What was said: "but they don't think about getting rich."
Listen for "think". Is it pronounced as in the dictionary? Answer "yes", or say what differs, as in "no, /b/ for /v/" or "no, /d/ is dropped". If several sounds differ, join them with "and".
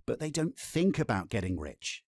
yes